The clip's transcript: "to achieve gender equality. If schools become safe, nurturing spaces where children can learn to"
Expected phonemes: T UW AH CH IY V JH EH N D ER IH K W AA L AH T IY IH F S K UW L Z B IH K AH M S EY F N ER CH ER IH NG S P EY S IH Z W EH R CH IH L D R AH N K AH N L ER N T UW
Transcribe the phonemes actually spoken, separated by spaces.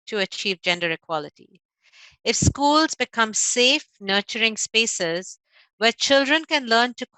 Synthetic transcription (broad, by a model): T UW AH CH IY V JH EH N D ER IH K W AA L AH T IY IH F S K UW L Z B IH K AH M S EY F N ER CH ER IH NG S P EY S IH Z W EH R CH IH L D R AH N K AH N L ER N T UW